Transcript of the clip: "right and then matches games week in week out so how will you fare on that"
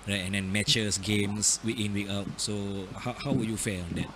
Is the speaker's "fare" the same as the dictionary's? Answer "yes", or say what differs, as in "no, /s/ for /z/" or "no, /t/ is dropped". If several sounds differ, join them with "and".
no, /l/ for /ɹ/